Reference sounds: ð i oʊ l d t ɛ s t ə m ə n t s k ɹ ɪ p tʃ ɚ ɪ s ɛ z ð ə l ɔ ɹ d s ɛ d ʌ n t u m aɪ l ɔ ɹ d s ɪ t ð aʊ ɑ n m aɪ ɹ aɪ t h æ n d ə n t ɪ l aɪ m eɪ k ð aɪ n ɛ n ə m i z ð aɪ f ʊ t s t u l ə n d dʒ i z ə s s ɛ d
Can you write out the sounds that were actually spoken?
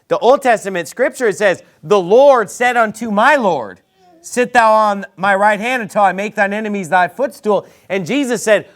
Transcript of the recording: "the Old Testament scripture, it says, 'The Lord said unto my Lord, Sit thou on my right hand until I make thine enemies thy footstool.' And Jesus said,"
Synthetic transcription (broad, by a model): ð i oʊ l d t ɛ s t ə m ə n t s k ɹ ɪ p tʃ ɚ s ɛ z ð ə l ɔ ɹ d s ɛ d ʌ n t u m aɪ l ɔ ɹ d s ɪ t ð aʊ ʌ n m aɪ ɹ aɪ t h æ n d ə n t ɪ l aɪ m eɪ k ð aɪ n ɛ n ə m i z ð aɪ f ʊ t s t u l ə n dʒ i z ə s s ɛ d